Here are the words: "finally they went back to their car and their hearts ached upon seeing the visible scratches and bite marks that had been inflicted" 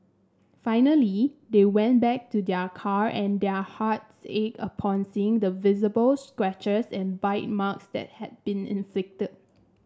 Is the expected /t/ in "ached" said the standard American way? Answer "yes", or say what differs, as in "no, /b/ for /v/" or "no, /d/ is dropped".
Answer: no, /t/ is dropped